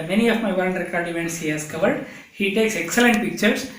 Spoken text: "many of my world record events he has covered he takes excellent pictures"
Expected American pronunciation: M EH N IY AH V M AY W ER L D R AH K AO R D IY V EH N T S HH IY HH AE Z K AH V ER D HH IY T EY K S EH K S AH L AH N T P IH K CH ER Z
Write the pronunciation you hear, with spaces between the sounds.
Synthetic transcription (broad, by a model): M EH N IY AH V M AY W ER N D R AH K AO R D IY V EH N T S HH IY HH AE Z K AH V ER D HH IY T EY K S EH K S AH L AH N T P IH K CH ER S